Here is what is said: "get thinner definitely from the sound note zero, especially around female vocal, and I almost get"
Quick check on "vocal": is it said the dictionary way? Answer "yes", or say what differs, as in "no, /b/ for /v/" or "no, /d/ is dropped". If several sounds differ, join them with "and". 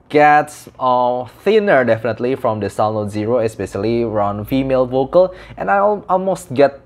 yes